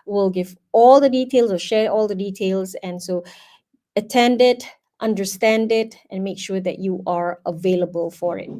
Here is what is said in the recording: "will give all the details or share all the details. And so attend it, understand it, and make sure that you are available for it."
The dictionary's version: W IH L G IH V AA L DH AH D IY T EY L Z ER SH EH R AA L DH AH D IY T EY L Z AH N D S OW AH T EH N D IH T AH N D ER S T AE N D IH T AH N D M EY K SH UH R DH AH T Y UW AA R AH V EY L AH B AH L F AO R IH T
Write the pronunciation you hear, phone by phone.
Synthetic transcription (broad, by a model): W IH L G IH V AA L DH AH D IY T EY L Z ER SH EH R AA L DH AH D IY T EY L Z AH N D S OW AH T EH N D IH T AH N D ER S T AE N D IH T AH N M EY K SH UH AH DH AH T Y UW AA R AH V EY L AH B AH L F AO R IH T